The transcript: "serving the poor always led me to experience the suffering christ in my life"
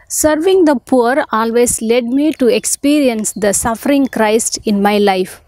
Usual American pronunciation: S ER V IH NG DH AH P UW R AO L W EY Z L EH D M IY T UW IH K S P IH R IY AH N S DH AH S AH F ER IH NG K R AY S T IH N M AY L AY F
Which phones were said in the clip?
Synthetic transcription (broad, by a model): S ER V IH NG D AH P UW R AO L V EY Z L EH D M IY T UW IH K S P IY R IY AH N S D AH S AH F ER IH NG K R AY S T IH N M AY L AY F